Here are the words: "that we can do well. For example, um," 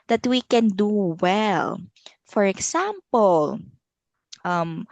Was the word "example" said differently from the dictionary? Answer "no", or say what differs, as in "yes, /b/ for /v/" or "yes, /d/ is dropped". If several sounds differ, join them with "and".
yes, /s/ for /z/